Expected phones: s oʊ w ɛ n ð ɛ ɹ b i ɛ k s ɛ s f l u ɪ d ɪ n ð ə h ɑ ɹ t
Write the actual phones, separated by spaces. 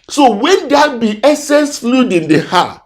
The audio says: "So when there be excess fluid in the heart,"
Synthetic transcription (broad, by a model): s oʊ w ɛ n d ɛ b i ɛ s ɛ s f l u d ɪ n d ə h ɑ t